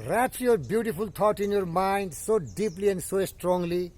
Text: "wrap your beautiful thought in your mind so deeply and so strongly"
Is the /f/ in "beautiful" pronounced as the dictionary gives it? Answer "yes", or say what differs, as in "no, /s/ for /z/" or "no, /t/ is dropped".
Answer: no, /p/ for /f/